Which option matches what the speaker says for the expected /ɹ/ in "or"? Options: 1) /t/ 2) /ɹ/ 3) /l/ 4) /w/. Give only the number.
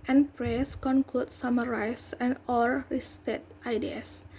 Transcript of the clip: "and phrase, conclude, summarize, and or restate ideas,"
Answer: 3